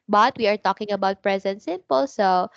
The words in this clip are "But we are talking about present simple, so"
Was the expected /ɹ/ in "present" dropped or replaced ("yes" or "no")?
no